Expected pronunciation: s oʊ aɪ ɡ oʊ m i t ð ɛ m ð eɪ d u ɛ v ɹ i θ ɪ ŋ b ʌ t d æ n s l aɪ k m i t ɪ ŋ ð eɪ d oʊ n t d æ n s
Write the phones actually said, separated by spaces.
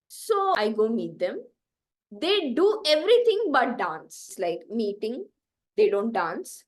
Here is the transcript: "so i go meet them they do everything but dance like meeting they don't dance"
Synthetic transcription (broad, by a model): s oʊ aɪ ɡ oʊ m i t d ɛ m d eɪ d u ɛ v ɹ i t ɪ ŋ b ʌ t d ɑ n s l aɪ k m i t ɪ ŋ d eɪ d oʊ n t d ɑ n s